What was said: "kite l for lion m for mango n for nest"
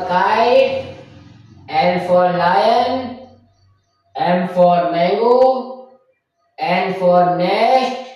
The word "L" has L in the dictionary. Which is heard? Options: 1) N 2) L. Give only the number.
1